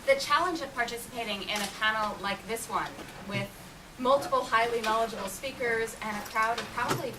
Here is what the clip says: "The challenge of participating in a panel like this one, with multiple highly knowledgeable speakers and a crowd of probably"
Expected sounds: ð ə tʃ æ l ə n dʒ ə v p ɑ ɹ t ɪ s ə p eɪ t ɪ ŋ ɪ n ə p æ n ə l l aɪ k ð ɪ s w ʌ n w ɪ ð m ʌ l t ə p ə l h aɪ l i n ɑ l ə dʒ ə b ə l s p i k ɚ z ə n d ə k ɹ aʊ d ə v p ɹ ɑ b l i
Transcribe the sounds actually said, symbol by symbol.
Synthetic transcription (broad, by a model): ð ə tʃ æ l ə n dʒ ə v p ɑ ɹ t ɪ s ə p eɪ t ɪ ŋ ɪ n ə p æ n l l aɪ k ð ɪ s w ʌ n w ɪ ð m ʌ l t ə p l h aɪ l i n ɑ l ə dʒ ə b l s p i k ɚ z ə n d ə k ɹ aʊ d ə v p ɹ ɑ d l i